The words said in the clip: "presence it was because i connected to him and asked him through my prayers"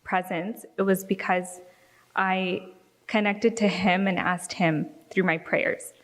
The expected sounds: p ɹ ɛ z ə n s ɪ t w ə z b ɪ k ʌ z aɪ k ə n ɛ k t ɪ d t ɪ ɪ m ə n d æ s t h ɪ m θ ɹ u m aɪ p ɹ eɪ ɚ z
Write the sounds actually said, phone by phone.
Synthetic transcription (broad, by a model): p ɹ ɛ z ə n s ɪ t w ə z b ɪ k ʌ z aɪ k ə n ɛ k t ɪ d t ɪ ɪ m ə n æ s t h ɪ m θ ɹ u m aɪ p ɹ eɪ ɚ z